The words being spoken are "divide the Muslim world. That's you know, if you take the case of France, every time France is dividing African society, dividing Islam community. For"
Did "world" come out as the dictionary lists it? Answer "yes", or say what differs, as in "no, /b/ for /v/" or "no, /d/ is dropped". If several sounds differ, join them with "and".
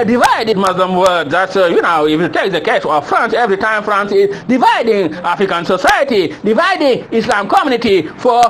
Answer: no, /l/ is dropped